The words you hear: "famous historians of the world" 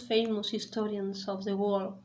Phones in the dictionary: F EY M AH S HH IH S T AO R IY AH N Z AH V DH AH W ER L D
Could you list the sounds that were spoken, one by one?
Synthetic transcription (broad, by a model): F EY M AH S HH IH S T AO R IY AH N S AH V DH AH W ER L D